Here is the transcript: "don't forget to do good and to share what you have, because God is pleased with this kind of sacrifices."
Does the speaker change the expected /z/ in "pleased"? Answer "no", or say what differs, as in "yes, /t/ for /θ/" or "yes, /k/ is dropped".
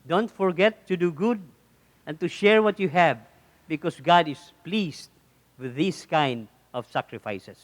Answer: yes, /s/ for /z/